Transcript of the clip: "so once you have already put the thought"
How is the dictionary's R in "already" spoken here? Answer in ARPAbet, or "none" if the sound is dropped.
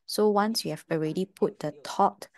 R